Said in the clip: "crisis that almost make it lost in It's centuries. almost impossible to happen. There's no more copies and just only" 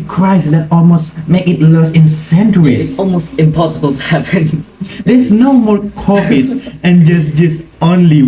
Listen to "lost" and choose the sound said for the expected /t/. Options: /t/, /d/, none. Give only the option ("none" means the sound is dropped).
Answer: none